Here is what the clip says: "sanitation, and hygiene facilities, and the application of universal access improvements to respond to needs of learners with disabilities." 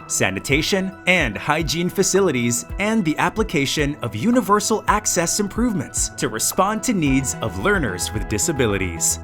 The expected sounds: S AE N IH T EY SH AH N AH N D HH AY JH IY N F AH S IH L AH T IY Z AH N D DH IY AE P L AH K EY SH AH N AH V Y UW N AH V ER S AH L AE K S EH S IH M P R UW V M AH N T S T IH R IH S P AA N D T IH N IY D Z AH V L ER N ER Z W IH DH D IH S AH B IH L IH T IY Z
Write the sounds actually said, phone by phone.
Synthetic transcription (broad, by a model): S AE N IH T EY SH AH N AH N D HH AY JH IY N F AH S IH L AH T IY Z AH N DH IY AE P L AH K EY SH AH N AH V Y UW N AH V ER S L AE K S EH S IH M P R UW V M AH N T S T IH R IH S P AA N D T IH N IY D Z AH V L ER N ER Z W IH DH D IH S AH B IH L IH T IY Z